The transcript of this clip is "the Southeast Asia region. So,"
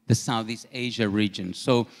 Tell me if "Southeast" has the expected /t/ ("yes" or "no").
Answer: yes